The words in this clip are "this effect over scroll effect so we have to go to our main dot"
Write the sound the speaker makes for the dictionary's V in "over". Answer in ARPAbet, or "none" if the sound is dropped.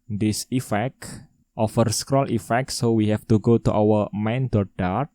F